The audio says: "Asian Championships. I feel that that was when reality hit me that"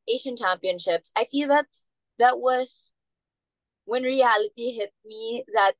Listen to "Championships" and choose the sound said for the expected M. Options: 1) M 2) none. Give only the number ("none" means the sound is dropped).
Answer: 1